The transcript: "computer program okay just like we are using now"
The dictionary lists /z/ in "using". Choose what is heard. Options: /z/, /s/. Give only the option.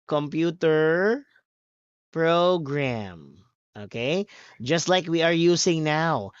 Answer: /s/